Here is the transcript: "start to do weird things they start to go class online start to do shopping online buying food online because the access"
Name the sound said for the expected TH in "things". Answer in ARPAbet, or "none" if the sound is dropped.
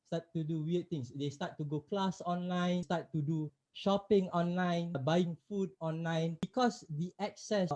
T